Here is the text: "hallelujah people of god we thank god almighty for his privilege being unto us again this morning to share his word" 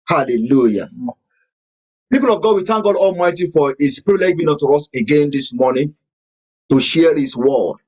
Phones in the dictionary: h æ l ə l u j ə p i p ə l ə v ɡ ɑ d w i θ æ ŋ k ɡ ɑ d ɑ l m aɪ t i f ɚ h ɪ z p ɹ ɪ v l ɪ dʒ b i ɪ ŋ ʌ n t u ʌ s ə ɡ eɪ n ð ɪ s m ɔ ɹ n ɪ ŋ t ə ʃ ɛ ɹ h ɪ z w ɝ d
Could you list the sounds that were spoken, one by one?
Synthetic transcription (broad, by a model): h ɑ l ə l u j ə p i p ə l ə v ɡ ɑ d w i t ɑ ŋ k ɡ ɑ d ɑ l m aɪ t i f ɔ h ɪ s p ɪ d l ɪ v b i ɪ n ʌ t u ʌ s ə ɡ eɪ n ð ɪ s m ɔ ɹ n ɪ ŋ t ə ʃ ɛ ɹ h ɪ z w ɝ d